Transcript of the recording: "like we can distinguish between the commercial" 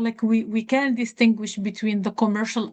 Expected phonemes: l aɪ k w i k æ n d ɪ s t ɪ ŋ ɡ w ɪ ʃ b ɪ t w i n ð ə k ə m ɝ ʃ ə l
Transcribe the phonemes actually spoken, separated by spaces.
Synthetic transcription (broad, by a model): l aɪ k w i k æ n d ɪ s t ɪ ŋ ɡ w ɪ ʃ b ɪ t w i n ð ə k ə m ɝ ʃ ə l